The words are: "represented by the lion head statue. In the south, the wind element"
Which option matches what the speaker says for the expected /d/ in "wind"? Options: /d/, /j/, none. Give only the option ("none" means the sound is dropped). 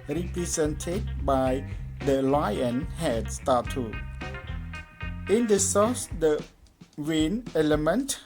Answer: none